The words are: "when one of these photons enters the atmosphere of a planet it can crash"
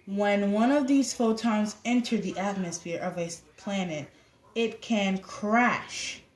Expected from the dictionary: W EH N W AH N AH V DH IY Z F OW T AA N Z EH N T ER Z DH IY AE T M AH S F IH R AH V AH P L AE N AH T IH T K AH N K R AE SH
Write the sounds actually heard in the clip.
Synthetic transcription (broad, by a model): W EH N W AH N AH V DH IY Z F OW T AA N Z EH N T ER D DH IY AE T M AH S F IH R AH V AH P L AE N AH T IH T K AH N K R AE SH